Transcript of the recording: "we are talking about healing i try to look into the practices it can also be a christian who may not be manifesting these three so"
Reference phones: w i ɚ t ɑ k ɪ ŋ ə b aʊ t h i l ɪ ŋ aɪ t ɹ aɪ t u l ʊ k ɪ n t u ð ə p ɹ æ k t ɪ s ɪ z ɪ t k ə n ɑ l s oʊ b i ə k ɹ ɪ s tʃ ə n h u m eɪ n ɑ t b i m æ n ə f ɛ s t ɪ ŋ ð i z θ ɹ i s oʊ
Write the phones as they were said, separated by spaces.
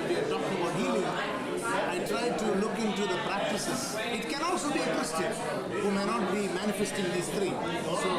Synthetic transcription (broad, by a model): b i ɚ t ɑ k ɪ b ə ʊ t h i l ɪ aɪ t ɹ aɪ t u l ʊ k ɪ n t u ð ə p ɹ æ k t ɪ s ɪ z ɪ t k ə n ɑ l s oʊ b i ə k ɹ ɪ s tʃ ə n h u m eɪ n ɑ t b i m æ n ə f ɛ s t ɪ ŋ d i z t ɹ i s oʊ